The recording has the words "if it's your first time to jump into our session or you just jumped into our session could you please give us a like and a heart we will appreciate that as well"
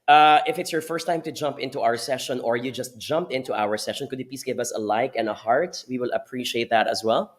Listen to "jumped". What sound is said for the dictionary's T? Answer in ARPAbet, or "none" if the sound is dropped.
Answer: none